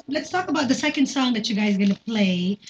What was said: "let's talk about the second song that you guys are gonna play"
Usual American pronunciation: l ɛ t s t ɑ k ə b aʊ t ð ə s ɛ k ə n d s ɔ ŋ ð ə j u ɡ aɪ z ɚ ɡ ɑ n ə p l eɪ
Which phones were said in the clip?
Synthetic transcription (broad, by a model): l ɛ t s t ɑ k ə b aʊ t ð ə s ɛ k ə n d s ɔ ŋ ð ə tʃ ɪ ɡ aɪ z ɡ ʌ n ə p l eɪ